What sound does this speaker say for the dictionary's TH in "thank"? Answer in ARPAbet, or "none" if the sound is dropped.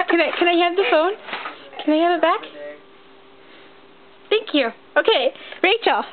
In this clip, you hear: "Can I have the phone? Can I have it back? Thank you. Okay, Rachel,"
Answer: TH